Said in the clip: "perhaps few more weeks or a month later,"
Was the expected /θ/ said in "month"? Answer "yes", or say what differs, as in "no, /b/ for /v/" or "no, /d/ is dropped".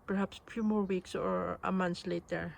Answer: no, /s/ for /θ/